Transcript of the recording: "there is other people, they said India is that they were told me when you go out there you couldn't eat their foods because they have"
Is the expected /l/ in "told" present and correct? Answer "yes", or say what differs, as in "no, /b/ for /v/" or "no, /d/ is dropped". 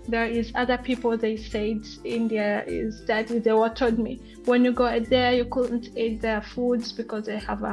no, /l/ is dropped